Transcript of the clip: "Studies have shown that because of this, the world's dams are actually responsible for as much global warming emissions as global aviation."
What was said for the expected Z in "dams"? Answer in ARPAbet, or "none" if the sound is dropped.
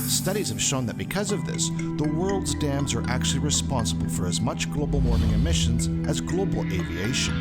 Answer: Z